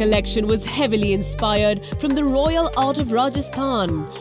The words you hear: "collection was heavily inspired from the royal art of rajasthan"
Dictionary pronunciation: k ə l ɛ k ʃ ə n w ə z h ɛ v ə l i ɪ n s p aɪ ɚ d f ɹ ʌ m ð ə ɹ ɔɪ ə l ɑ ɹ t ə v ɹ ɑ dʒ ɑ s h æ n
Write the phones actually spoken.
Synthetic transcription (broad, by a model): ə l ɛ k ʃ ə n w ə z h ɛ v ə l i ɪ n s p aɪ ɚ d f ɹ ʌ m ð ə ɹ ɔɪ ə l ɑ ɹ t ə v ɹ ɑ dʒ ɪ s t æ n